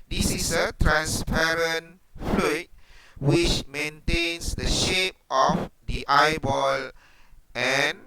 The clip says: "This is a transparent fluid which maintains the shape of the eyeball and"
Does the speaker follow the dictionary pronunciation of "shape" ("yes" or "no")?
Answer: yes